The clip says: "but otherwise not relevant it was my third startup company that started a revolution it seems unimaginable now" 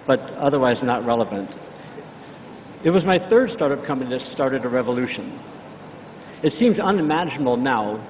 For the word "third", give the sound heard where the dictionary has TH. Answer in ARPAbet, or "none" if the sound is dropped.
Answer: TH